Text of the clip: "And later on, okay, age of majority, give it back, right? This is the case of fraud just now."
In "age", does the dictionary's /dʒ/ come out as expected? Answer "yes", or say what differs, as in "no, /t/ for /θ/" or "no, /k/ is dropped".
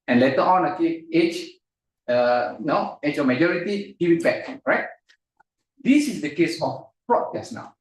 no, /tʃ/ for /dʒ/